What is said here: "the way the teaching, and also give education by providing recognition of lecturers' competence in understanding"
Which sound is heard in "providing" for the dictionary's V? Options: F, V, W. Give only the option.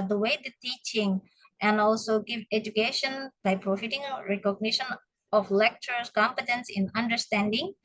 F